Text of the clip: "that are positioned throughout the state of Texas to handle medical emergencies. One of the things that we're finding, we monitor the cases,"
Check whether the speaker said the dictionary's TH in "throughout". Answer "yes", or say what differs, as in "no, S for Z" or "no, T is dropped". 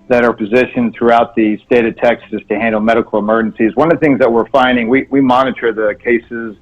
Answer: yes